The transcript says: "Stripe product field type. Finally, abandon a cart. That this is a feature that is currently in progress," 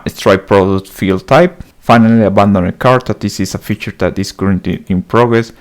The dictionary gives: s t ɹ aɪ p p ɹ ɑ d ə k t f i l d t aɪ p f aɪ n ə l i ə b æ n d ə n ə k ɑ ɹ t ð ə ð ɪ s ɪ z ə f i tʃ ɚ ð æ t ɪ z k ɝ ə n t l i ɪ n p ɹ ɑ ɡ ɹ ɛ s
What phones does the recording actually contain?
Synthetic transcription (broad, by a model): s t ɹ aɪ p p ɹ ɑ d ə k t f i l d t aɪ p f aɪ n ə l i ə b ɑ n d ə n ə k ɑ ɹ t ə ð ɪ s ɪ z ə f i tʃ ɚ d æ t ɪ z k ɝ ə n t i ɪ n p ɹ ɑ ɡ ɹ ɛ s